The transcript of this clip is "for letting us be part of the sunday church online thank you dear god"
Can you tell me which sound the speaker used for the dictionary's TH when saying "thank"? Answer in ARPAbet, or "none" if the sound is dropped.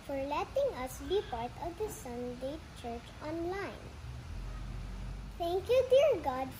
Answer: T